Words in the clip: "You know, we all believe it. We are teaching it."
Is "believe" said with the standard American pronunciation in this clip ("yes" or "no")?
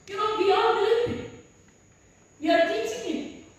no